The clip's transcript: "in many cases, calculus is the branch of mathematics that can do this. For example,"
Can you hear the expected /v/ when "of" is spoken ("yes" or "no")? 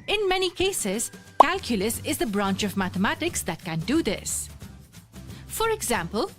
yes